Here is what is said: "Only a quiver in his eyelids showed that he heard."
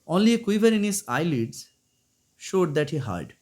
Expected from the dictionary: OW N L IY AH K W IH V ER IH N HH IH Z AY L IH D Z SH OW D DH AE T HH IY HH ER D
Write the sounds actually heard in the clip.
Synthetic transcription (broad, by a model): OW N L IY K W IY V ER IH N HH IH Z AY L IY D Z SH OW D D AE T HH IY HH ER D